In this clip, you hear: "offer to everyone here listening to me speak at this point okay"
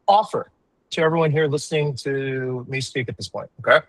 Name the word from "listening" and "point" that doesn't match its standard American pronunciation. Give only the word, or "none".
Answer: none